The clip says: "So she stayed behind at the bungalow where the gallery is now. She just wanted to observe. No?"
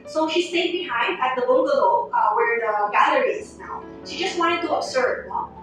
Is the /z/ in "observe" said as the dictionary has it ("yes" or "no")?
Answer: no